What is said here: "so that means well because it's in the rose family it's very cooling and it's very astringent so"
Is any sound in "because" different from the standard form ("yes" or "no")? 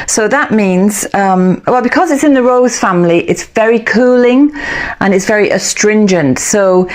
no